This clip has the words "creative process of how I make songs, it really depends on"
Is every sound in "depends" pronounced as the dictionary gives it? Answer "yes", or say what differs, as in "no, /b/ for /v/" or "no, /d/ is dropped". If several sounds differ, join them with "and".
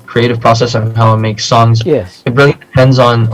yes